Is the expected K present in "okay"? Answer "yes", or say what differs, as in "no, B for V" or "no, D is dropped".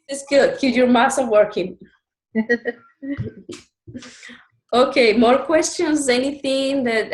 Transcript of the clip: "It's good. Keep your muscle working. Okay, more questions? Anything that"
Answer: yes